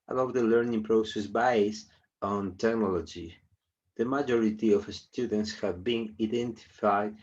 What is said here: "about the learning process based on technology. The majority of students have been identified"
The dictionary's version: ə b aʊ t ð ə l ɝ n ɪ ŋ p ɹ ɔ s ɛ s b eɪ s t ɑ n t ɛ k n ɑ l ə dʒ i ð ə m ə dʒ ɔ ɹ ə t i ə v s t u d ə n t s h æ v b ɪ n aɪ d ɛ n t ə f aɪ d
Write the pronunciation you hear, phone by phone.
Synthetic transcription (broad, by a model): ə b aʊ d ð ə l ɝ n ɪ ŋ p ɹ ɔ s ɛ s b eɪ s ɑ n t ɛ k n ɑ l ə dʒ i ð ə m ə dʒ ɔ ɹ ə t i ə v s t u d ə n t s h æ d b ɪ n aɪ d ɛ n t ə f aɪ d